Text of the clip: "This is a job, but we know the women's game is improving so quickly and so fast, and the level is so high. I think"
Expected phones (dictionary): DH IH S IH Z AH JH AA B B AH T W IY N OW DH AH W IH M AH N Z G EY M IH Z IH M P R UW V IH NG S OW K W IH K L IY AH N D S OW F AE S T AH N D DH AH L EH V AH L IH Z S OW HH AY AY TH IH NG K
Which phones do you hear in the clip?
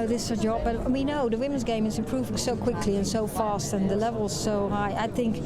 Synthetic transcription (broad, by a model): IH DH IH S AH JH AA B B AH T W IY N OW DH AH W IH M AH N Z G EY M IH Z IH P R UW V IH S OW K W IH K L IY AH N S OW F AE S T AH N DH AH L EH V AH L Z S OW HH AY AY TH IH NG K